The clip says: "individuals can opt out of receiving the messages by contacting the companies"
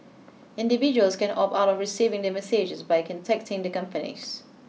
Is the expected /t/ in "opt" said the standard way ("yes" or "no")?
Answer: no